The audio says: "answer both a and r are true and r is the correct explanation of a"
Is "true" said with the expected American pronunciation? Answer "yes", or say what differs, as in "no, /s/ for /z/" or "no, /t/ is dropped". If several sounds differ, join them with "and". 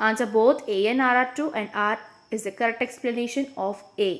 no, /ɹ/ is dropped